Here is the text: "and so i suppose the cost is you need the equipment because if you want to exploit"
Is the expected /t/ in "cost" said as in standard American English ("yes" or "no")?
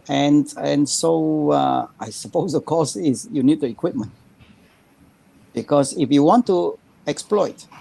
no